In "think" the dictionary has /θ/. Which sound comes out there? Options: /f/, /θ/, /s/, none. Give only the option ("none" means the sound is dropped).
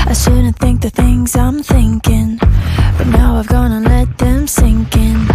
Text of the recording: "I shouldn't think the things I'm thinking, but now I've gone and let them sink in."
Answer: /θ/